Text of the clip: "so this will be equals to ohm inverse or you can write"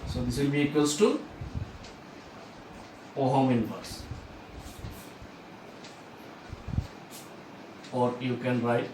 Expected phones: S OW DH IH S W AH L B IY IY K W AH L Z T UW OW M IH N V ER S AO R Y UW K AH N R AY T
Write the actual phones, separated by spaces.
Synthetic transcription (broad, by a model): S OW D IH S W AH L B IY IY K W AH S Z T UW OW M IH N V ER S AO R Y UW K AH N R AY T